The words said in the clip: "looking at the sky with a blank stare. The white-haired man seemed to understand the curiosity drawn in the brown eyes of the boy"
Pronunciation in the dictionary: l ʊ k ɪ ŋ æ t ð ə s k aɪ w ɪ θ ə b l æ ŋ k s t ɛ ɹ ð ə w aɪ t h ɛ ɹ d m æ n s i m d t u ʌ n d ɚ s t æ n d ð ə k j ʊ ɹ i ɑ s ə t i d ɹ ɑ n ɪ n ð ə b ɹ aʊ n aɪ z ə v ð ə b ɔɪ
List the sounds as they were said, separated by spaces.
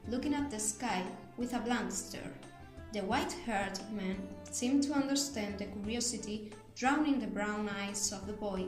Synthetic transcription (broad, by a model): l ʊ k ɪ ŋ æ t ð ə s k aɪ w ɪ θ ə b l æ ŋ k s t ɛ ɹ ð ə w aɪ t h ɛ ɹ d m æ n s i m t u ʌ n d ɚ s t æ n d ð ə k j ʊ ɹ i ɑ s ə t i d ɹ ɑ n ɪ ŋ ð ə b ɹ aʊ n aɪ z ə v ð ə b ɔɪ